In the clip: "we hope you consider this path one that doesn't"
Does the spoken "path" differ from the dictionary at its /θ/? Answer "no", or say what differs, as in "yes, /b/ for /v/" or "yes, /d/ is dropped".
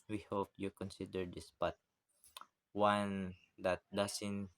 yes, /t/ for /θ/